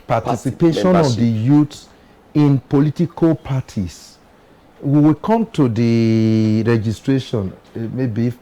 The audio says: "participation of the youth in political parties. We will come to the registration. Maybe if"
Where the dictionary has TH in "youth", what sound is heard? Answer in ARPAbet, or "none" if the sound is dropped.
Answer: T